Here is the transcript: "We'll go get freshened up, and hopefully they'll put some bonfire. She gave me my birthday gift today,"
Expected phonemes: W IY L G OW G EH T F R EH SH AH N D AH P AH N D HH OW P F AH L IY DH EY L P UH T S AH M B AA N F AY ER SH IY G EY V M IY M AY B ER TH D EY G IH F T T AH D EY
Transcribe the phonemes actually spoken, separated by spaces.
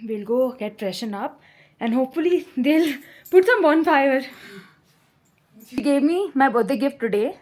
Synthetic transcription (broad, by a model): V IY L G OW G EH T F R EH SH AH N AH P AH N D HH OW P F AH L IY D EY L P UH T S AH M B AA N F AY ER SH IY G EY V M IY M AY B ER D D G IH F T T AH D EY